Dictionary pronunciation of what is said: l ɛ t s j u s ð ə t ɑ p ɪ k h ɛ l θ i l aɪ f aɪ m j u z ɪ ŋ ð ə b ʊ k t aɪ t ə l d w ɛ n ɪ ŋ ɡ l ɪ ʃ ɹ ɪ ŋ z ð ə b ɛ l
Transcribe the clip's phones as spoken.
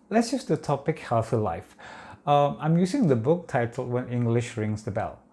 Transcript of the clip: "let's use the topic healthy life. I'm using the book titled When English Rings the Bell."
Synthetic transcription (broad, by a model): l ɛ t s j u s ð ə t ɑ p ɪ k h ɛ l θ i l aɪ f aɪ m j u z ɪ ŋ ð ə b ʊ k t aɪ t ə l w ɛ n ɪ ŋ ɡ l ɪ ʃ ɹ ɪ ŋ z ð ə b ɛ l